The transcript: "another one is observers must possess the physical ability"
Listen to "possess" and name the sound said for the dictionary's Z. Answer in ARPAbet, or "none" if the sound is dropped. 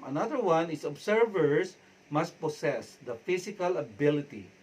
S